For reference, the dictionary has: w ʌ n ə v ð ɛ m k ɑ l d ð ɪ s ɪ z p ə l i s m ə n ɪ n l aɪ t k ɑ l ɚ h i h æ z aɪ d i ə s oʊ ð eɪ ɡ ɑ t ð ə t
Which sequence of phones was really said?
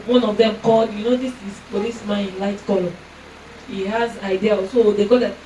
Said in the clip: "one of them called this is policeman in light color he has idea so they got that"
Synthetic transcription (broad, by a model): w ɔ n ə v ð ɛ m k ɑ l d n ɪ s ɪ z f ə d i s m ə n ɪ n l aɪ t k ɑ l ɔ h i h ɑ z aɪ d i ə s oʊ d eɪ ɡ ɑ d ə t